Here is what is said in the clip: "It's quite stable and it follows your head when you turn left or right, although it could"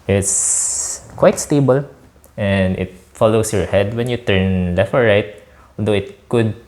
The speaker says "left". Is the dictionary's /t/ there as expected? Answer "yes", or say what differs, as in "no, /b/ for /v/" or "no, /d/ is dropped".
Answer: no, /t/ is dropped